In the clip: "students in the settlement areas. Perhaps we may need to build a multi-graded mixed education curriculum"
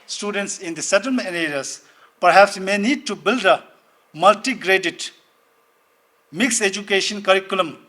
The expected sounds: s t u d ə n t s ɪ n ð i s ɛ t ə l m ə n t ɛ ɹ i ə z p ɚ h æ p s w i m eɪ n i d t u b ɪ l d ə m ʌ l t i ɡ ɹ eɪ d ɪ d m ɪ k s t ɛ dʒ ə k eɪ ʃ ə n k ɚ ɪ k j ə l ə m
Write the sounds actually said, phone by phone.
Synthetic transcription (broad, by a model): s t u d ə n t s ɪ n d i s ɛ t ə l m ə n ɛ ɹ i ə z p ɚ h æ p s m eɪ n i d t u b ɪ l d ə m ʌ l t i ɡ ɹ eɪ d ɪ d m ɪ k s ɛ dʒ ə k eɪ ʃ ə n k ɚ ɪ k j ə l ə m